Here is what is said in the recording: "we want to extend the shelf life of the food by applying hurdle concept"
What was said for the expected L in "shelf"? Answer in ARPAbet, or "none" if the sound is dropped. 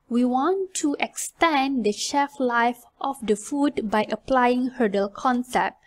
none